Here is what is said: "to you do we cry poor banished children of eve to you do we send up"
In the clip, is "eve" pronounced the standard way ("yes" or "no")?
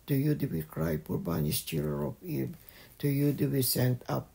no